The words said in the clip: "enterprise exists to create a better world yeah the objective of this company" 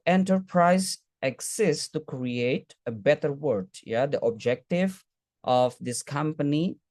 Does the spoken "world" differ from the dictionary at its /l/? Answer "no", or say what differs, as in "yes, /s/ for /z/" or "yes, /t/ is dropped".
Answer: yes, /l/ is dropped